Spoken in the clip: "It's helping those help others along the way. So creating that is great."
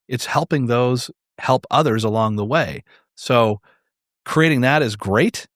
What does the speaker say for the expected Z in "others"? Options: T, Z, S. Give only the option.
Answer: Z